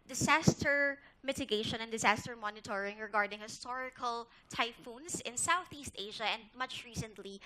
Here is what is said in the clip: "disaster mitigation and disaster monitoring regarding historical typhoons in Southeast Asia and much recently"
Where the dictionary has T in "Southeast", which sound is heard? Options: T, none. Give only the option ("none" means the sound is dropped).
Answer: T